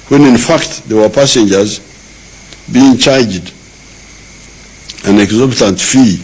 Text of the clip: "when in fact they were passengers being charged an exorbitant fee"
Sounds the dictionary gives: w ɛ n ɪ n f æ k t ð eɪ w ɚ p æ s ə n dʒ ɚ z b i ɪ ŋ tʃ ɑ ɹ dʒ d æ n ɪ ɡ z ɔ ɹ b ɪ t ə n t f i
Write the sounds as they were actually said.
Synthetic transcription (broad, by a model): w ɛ n ɪ n f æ k t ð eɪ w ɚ p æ s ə n dʒ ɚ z b i ɪ ŋ tʃ ɑ ɹ dʒ d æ n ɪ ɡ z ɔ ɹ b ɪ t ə n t f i